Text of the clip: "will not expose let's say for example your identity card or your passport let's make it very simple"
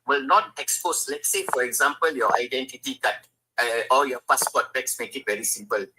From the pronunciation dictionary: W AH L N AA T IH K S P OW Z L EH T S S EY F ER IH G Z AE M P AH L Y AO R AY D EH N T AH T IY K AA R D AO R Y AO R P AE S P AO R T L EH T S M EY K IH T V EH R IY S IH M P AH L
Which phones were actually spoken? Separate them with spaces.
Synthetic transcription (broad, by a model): W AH L N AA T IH K S P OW S L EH T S S EY F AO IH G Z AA M P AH L Y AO AY D EH N T AH T IY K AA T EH AO L Y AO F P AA S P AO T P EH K S M EY K IH T V EH R IY S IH M P AH L